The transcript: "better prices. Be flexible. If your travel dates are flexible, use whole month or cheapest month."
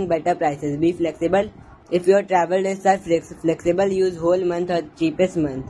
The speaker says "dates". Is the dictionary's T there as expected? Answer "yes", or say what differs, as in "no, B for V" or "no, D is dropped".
no, S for T